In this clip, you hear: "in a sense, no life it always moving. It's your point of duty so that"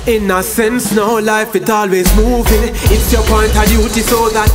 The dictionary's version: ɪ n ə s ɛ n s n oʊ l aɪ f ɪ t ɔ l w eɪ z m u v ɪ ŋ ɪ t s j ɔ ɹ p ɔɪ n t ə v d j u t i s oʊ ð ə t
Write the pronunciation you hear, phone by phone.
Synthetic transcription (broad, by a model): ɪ n ə s ɛ n s n oʊ l aɪ f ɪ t ɔ l w eɪ z m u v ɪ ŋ ɪ t s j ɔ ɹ p ɔɪ n t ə d j u t i s oʊ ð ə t